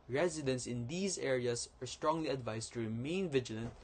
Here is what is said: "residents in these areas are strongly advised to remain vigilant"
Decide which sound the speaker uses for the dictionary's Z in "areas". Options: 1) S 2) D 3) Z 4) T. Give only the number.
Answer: 1